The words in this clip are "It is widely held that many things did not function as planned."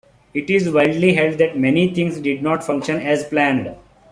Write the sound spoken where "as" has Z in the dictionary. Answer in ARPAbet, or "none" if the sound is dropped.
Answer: Z